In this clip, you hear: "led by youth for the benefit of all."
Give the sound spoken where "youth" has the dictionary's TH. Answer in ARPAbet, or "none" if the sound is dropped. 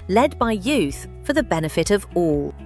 TH